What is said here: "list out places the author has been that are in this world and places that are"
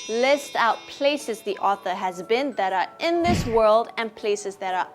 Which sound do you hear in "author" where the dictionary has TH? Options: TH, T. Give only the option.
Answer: TH